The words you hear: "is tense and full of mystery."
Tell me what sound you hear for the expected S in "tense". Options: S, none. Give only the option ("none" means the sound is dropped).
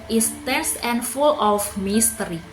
S